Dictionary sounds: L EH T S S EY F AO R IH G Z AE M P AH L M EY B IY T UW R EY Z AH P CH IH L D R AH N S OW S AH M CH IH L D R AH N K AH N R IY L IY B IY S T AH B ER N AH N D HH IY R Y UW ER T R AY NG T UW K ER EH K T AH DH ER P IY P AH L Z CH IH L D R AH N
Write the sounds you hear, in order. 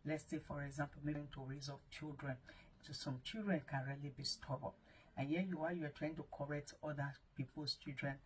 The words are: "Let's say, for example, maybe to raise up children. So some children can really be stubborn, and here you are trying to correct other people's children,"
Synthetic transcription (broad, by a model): L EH T S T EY F AO R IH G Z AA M P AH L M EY IY T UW R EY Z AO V CH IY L D R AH N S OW S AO M CH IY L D R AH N K AH N R IY L IY B IY S T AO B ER AH N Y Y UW W Y UW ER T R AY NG T UW K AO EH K T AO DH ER P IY P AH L S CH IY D R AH N